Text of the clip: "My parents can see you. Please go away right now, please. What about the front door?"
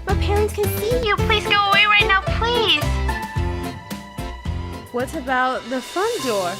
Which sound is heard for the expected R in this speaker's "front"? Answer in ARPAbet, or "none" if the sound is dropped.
none